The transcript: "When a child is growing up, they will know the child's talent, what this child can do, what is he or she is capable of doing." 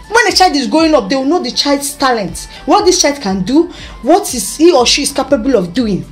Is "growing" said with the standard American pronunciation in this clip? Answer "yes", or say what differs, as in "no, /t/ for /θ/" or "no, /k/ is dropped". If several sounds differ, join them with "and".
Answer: no, /ɹ/ is dropped